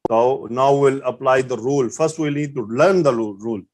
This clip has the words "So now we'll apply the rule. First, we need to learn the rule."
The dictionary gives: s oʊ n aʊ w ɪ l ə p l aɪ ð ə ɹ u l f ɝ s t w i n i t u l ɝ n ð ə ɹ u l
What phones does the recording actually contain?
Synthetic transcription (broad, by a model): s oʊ n aʊ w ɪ l ə p l aɪ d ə ɹ u l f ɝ s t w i l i t u l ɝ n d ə ɹ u l